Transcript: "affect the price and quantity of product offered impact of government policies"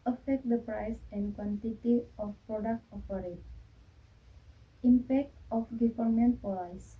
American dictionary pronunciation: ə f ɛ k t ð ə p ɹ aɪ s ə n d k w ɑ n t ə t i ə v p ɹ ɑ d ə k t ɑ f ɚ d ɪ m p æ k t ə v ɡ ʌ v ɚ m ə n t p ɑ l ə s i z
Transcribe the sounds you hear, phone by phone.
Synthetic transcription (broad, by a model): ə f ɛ k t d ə p ɹ aɪ s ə n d k w ɑ n t ə t i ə f p ɹ ɑ d ə k t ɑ p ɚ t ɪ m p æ k t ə f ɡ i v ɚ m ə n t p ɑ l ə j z